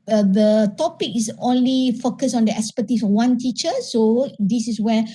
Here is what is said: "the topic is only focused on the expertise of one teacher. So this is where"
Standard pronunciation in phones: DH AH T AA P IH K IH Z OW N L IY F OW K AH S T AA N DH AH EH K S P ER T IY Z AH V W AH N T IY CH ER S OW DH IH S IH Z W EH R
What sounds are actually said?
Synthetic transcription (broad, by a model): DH AH T AA P IH K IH S OW N L IY F OW K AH S AA N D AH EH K S P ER T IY S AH W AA N T IY CH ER S OW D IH S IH S W EH